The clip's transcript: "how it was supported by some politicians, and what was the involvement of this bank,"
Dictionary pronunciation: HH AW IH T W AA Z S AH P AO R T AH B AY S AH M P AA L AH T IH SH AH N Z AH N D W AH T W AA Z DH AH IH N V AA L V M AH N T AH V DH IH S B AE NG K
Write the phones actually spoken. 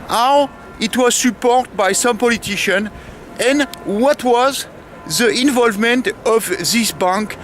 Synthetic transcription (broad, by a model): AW IH T W AA Z S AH P AO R T B AY S AH M P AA L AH T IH SH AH N AH N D W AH T W AA Z DH AH IH N V AA L V M AH N T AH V DH IH S B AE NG K